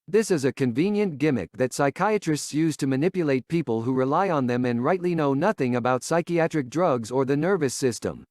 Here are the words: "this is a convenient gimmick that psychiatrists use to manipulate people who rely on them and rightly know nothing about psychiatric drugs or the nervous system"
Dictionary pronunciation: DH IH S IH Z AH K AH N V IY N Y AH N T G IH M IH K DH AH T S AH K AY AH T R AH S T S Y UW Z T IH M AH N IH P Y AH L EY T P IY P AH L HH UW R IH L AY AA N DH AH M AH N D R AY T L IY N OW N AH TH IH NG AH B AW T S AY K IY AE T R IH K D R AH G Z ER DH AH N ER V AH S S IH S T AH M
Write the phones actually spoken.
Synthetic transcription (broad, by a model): DH IH S IH Z AH K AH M V IY N Y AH N G IH M IH K DH AH T S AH K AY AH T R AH S T S Y UW Z T IH M AH N IH P Y AH L EY T P IY P AH L HH UW R IH L AY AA N DH AH M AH N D R AY T L IY N OW N AH TH IH NG AH B AW T S AY K IY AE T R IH K D R AH G Z ER DH AH N ER V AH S S IH S T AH M